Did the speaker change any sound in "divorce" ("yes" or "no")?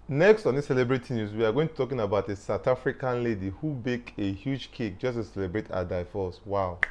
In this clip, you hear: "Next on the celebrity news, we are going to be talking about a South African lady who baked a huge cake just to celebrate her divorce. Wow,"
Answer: yes